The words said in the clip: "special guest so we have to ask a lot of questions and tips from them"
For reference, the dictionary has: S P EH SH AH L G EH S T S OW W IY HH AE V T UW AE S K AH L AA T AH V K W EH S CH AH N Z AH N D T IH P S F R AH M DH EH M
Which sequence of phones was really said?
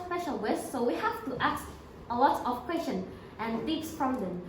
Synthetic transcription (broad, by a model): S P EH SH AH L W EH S S OW W IY HH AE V T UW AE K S AH L AA T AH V K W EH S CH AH N AH N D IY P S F R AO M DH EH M